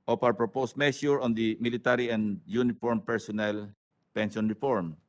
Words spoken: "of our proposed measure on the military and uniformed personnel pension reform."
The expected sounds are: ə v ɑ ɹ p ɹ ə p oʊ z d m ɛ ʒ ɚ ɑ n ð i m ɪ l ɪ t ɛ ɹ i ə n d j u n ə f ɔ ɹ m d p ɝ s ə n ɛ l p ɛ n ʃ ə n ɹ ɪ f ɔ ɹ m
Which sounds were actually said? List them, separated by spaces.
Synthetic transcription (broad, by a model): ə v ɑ w p ɹ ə p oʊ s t m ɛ ʃ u ɑ n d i m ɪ l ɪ t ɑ ɹ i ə n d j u n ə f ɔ ɹ m p ɝ s ə n ɛ l p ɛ n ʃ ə n ɹ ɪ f ɔ ɹ m